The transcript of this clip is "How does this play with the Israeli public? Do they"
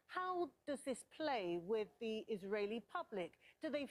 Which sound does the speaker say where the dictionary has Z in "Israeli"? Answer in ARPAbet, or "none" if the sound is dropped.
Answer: Z